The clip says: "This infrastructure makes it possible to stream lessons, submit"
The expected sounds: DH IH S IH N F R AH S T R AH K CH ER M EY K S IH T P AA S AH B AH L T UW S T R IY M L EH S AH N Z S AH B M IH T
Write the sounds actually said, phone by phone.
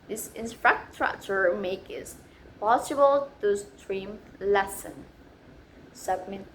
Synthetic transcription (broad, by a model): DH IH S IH N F R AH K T R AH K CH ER M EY K IH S P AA S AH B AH L T UW S T R IY M L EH S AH N S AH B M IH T